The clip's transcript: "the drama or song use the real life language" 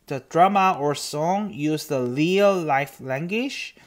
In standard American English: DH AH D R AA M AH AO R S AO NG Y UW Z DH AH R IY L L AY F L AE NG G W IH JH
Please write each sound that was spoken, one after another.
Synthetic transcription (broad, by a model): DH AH D R AA M AH AO R S AO NG Y UW Z DH AH L IY L L AY F L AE NG G W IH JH